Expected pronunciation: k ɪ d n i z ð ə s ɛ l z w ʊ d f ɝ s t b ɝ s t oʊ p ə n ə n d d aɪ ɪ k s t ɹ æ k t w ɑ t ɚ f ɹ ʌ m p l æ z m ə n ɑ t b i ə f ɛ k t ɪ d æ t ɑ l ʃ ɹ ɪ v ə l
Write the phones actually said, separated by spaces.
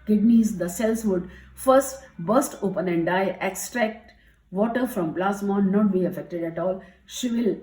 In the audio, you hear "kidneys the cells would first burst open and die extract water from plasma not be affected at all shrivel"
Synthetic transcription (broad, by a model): k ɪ d n i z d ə s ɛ l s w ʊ d f ɝ s t b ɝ s t oʊ p ə n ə n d d aɪ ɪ k s t ɹ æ k t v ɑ t ɚ f ɹ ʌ m b l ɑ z m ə n ɑ t b i ə f ɛ k t ɪ d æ t ɑ l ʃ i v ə l